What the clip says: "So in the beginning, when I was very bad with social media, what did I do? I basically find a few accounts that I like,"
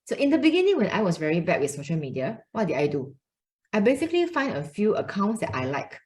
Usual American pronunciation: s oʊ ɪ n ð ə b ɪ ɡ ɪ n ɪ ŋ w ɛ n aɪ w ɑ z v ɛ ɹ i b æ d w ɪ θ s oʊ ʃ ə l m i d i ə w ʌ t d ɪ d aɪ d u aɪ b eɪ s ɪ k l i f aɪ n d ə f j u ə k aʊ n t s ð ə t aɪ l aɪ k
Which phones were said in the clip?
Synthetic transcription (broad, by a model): s oʊ ɪ n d ə b ɪ ɡ ɪ n ɪ ŋ w ɛ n aɪ w ɑ s v ɛ ɹ i b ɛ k w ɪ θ s oʊ ʃ ə l m i d i ə w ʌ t d ɪ d aɪ d u aɪ b eɪ s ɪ k l i f aɪ n d ə f j u ə k aʊ n t s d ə t aɪ l aɪ k